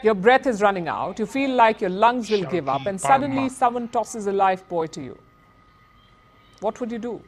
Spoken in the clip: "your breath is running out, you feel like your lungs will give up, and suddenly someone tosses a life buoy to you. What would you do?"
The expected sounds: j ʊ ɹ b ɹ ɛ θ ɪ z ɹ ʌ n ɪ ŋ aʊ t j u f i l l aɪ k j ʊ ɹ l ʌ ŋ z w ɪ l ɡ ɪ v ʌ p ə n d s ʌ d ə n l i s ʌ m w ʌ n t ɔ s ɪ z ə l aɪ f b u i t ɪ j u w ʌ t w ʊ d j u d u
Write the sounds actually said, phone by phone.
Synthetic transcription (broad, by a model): j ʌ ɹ b ɹ ɛ t ɪ z ɹ ʌ n ɪ ŋ aʊ t j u f i l l aɪ k j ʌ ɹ l ʌ ŋ z w ɪ l ɡ ɪ v ʌ p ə n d s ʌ d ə n l i s ʌ m w ʌ n t ɔ s ɪ z ə l aɪ f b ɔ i t ɪ j u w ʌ t w ʊ d j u d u